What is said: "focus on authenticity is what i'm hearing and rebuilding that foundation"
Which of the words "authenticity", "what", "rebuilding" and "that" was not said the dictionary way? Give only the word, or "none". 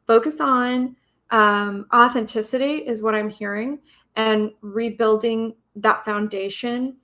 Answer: none